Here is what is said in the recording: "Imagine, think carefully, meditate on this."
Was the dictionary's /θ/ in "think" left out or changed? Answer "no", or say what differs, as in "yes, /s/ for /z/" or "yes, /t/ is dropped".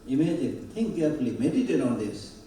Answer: yes, /t/ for /θ/